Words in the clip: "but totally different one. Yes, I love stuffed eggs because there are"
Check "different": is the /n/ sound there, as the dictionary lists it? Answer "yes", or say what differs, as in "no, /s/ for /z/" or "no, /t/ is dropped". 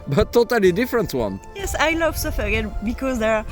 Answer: yes